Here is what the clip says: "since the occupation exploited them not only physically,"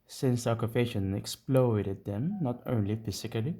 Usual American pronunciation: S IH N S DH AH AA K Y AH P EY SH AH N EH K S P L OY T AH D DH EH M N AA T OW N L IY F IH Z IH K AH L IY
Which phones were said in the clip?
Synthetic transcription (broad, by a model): S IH N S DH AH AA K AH F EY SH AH N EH K S P L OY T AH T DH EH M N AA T OW N L IY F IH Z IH K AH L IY